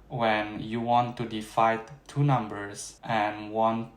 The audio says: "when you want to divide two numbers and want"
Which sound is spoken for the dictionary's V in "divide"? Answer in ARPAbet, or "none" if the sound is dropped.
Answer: F